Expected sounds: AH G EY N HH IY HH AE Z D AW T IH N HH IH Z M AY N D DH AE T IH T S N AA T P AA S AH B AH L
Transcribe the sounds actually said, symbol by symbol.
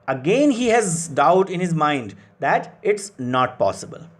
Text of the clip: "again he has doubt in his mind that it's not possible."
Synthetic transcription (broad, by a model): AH G EY N HH IY HH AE Z D AW T IH N HH IH Z M AY N D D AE T IH T S N AA T P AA S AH B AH L